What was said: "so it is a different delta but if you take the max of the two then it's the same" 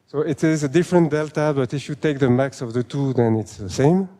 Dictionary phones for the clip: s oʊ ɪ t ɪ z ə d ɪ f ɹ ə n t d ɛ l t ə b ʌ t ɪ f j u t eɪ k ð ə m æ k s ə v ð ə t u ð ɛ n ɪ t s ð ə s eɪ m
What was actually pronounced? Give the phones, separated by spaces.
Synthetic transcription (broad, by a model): s oʊ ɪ t ɪ z ə d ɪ f ɹ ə n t d ɛ l t ə b ʌ t ɪ f j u t eɪ k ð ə m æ k s ə v ð ə t u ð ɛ n ɪ t s ð ə s eɪ m